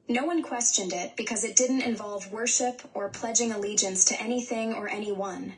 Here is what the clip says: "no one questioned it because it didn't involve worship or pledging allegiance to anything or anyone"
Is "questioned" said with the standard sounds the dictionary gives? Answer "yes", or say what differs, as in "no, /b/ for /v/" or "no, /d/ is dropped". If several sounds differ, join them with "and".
yes